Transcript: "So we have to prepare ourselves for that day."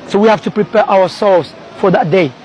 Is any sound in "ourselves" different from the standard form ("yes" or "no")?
yes